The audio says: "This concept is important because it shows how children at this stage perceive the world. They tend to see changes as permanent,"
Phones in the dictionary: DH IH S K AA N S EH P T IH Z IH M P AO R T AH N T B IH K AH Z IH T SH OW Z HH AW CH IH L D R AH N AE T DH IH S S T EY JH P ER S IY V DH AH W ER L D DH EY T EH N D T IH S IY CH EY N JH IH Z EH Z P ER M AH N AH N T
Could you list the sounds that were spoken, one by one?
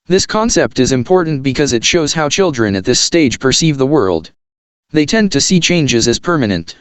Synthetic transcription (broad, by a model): DH IH S K AA N S EH P T IH Z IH M P AO R T N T B IH K AH Z IH T SH OW Z HH AW CH IH L D R AH N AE T DH IH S S T EY JH P ER S IY V DH AH W ER L D DH EY T EH N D T IH S IY CH EY N JH IH Z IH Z P ER M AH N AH N T